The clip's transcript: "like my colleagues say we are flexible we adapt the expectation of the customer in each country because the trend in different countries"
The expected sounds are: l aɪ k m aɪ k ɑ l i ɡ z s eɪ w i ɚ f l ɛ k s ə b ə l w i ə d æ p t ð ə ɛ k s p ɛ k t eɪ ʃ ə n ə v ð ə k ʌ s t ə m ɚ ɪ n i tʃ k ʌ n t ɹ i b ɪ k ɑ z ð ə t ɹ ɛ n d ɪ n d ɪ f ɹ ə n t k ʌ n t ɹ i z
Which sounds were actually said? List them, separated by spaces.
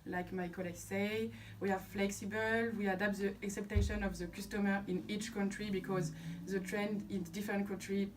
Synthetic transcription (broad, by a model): l aɪ k m aɪ k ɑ l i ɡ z s eɪ w i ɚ f l ɛ k s ə b ə l w i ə d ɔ p t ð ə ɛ k s ɛ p t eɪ ʃ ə n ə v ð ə k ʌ s t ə m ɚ ɪ n i tʃ k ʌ n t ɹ i b ɪ k ɑ z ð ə t ɹ ɛ n d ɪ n d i f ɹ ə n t k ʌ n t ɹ i